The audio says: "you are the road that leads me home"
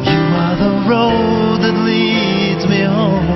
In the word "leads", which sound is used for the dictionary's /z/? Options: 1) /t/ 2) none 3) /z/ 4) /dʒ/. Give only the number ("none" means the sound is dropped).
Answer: 3